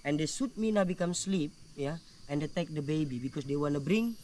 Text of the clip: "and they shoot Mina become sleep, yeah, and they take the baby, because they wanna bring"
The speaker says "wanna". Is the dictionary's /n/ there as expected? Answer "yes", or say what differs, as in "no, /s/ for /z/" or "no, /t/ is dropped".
yes